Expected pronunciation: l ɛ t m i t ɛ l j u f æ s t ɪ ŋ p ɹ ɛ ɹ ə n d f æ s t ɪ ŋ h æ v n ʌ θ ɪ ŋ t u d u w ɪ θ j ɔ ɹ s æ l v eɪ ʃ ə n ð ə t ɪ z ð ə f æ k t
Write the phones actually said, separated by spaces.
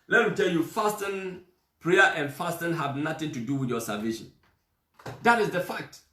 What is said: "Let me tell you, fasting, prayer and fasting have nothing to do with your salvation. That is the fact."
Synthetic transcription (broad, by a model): l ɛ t m i t ɛ l j u f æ s t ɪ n p ɹ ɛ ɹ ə n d f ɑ s t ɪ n h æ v n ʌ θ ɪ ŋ t u d u w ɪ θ j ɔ s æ v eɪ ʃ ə n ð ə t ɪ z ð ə f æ k t